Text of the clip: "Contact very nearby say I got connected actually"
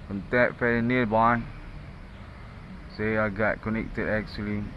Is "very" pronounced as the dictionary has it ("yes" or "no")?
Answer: no